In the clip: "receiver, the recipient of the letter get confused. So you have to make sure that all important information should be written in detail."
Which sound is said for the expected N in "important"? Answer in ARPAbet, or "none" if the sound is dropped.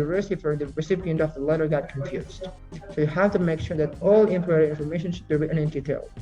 none